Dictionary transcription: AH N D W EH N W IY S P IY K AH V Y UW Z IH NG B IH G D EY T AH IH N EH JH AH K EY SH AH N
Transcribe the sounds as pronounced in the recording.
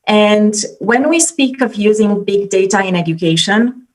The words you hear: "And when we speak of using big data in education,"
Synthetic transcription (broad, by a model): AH N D W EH N W IY S P IY K AH V Y UW Z IH NG B IH G D EY T AH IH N EH JH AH K EY SH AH N